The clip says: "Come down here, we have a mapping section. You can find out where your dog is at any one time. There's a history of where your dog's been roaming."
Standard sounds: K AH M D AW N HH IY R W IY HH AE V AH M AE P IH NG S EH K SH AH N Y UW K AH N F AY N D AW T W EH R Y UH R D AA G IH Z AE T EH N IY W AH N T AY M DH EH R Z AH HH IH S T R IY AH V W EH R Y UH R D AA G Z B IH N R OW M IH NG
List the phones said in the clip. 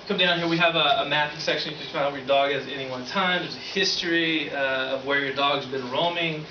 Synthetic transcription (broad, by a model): K AH M D AW N HH IY R W IY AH V AH M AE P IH S EH K SH AH N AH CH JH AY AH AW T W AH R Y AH R D AA G IH Z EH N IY W AH N T AY M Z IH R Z AH HH IH S T R IY AH V W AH R Y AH R D AA G Z B IH N R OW M IH NG